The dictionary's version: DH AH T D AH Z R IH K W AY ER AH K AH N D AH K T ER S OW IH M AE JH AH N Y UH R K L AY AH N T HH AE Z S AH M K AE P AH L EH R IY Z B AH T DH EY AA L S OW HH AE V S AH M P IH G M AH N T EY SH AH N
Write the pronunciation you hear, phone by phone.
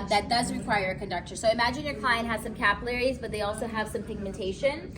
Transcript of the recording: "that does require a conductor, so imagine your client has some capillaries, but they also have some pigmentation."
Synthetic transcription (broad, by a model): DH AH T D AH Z R IH K W AY ER AH K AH N D AH K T ER S OW IH M AE JH AH N Y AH R K L AY AH N T HH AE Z S AH M K AE P AH L EH R IY Z B AH T DH EY AA L S OW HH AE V S AH M P IH G M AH N T EY SH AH N